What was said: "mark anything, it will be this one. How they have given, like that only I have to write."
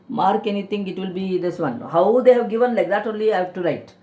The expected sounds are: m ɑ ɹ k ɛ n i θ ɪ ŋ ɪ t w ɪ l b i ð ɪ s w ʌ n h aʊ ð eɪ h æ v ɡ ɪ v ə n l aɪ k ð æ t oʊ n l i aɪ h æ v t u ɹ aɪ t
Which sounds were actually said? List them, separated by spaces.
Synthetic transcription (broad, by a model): m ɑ ɹ k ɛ n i t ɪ ŋ ɪ t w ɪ l b i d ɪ s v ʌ n h aʊ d eɪ h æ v ɡ ɪ v ə n l aɪ k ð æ t oʊ n l i aɪ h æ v t u ɹ aɪ t